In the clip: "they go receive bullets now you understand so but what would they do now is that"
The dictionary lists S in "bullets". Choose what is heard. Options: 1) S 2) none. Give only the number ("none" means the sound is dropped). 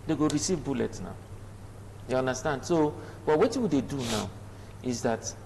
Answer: 2